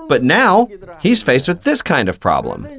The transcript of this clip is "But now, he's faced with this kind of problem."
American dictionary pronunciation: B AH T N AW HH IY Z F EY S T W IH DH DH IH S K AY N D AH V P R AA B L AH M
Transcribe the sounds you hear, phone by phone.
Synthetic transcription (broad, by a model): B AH T N AW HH IY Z F EY S T W IH DH DH IH S K AY N D AH V P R AA B L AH M